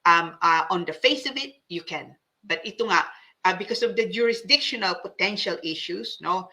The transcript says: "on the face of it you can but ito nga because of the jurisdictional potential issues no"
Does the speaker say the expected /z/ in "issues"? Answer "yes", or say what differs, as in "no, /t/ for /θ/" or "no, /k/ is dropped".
no, /s/ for /z/